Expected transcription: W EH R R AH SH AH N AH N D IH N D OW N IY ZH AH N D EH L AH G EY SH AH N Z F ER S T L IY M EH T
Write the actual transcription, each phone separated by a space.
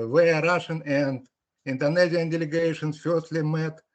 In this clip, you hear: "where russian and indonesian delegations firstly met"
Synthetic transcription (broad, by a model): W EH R R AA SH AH N AH N D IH N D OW N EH Z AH N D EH L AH G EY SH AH N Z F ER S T L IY M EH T